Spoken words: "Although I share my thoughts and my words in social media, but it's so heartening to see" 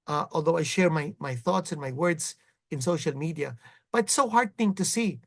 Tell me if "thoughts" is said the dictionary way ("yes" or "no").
yes